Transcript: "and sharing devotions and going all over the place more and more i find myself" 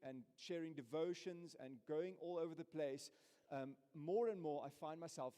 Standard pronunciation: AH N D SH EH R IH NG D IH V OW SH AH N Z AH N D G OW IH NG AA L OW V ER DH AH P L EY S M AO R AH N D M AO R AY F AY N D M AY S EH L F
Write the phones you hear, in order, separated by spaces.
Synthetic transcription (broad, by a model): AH N SH EH R IH NG D IH V OW SH AH N Z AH N G OW IH NG AA L OW V ER DH AH P L EY S M AO R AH N M AO R AY F AY N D M AY S EH L F